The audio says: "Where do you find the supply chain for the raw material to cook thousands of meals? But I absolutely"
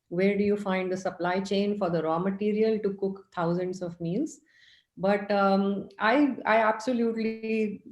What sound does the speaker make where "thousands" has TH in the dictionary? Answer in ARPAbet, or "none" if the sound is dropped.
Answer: T